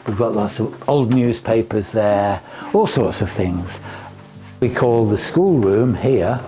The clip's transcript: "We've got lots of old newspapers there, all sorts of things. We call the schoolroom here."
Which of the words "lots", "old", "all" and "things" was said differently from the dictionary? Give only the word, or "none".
none